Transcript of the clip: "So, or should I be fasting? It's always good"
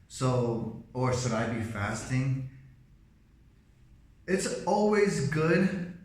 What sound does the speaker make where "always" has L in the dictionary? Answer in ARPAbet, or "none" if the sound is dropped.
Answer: L